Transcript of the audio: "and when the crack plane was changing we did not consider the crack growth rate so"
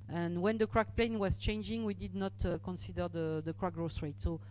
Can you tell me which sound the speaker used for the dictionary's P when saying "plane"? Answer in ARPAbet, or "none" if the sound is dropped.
P